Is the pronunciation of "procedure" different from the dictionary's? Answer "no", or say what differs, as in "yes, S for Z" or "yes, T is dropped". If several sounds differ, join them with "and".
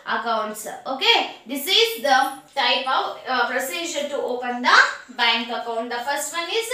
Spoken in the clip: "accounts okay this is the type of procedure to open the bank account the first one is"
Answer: yes, SH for JH